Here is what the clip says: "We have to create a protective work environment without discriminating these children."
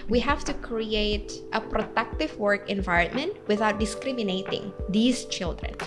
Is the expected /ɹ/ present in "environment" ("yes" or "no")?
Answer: yes